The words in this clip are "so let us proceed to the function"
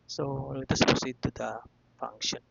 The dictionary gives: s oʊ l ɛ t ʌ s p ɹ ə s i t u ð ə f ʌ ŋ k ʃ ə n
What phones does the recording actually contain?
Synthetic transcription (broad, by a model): s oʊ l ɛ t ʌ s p ə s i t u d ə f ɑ ŋ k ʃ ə n